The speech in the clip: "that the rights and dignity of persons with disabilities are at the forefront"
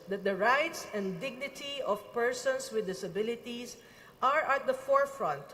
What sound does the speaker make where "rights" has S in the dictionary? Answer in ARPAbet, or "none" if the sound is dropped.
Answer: S